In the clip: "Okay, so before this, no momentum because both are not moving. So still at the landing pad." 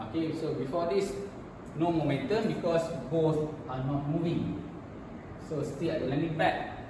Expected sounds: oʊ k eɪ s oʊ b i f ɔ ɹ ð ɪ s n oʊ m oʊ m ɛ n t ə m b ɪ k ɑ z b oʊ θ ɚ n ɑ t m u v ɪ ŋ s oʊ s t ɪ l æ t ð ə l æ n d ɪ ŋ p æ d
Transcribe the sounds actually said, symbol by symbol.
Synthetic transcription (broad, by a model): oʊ k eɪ s oʊ b i f ɔ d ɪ s n oʊ m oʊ m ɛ n t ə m b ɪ k ɑ s b oʊ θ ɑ n ɑ t m u v ɪ ŋ s oʊ s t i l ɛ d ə l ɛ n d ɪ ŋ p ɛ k